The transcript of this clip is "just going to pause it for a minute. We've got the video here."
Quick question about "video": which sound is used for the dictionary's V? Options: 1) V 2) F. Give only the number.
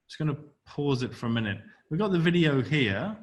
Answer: 1